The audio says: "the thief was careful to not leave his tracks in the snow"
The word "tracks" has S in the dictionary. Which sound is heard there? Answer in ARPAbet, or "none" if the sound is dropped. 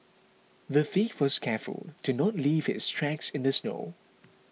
S